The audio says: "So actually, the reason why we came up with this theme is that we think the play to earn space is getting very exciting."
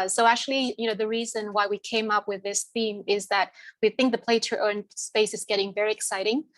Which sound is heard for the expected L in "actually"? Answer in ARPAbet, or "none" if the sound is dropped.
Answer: N